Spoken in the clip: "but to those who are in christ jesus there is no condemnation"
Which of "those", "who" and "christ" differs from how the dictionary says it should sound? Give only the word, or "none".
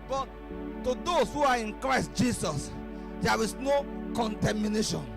those